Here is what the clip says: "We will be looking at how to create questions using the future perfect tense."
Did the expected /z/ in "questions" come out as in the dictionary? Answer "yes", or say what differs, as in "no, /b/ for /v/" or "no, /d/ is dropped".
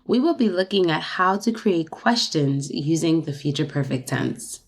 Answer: yes